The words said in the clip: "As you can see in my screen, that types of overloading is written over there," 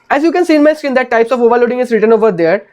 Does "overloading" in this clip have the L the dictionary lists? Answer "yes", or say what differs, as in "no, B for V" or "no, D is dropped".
yes